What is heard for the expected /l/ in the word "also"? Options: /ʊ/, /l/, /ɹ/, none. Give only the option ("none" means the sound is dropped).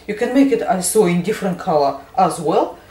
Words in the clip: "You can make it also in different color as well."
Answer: none